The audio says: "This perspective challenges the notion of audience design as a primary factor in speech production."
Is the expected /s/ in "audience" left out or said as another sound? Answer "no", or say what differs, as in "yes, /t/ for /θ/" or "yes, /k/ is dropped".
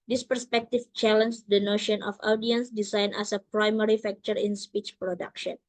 no